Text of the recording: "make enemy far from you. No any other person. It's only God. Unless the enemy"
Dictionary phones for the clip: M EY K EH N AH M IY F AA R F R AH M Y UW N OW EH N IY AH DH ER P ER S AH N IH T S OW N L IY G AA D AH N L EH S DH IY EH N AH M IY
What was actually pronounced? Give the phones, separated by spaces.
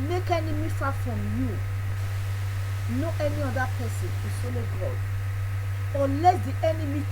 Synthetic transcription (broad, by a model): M EY K EH N AH M IY F AA F R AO M Y UW N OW EH N IY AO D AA P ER S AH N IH S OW L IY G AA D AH L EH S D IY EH N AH M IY